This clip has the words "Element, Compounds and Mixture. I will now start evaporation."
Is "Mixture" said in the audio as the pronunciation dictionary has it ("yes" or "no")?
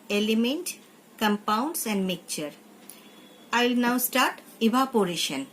no